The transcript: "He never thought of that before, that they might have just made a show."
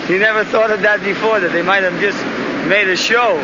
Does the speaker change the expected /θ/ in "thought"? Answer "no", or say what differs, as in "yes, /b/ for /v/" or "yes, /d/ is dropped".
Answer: no